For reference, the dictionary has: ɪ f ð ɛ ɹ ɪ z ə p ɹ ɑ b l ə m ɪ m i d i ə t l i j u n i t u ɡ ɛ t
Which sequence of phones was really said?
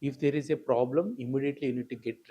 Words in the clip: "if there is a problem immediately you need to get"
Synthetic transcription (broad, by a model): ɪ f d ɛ ɹ ɪ z ə p ɹ ɑ b l ə m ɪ m i d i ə t l i j u n i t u ɡ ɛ t